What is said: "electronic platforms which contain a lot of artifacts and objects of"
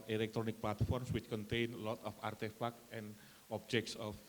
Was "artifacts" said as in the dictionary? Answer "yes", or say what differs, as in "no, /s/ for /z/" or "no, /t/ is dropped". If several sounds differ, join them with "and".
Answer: no, /s/ is dropped